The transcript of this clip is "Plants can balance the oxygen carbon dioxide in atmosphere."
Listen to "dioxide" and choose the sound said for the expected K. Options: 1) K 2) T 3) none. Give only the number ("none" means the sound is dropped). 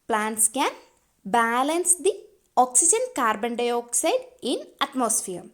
1